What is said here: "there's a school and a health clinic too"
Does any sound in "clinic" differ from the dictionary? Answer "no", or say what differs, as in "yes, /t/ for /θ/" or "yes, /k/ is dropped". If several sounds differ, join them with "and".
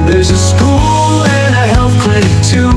yes, /n/ is dropped